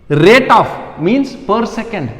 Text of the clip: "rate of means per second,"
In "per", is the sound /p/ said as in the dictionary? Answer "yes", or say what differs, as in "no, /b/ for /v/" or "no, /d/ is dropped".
yes